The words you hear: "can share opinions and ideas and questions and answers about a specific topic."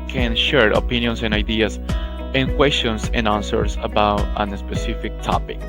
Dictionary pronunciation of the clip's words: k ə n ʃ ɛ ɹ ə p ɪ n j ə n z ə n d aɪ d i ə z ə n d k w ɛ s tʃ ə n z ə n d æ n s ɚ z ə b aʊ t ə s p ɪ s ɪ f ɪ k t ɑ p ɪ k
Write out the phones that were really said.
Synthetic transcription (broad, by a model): k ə n ʃ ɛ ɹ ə p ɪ n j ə n s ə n aɪ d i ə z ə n k w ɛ s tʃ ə n s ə n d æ n s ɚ s ə b aʊ t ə s p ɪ s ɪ f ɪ k t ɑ p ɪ k